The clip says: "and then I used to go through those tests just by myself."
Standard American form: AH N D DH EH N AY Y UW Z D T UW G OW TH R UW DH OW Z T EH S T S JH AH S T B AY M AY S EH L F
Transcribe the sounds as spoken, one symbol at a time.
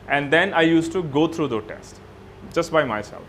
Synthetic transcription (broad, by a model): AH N D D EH N AY Y UW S T UW G OW T R UW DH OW T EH S T JH AH S T B AY M AY S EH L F